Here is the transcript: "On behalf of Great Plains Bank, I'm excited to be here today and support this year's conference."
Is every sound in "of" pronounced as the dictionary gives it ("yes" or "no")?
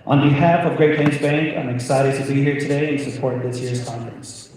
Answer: yes